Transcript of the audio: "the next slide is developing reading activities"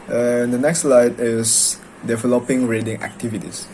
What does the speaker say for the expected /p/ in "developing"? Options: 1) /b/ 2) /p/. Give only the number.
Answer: 2